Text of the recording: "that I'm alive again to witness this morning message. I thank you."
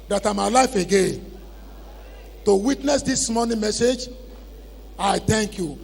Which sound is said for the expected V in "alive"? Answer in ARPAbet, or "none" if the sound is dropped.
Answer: F